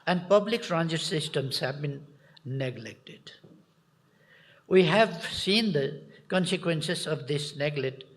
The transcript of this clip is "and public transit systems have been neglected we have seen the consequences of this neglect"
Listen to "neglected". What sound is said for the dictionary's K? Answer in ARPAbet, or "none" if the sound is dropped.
K